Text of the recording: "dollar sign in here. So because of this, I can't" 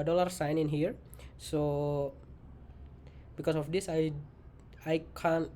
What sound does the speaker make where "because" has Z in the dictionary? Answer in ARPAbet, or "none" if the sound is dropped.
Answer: S